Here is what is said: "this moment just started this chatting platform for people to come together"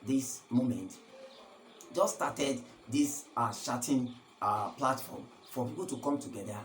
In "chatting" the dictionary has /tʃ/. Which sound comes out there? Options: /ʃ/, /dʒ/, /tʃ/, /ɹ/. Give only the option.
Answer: /ʃ/